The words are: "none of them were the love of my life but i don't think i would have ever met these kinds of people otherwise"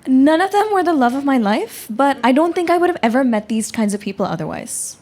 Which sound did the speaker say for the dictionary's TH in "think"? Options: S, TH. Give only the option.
TH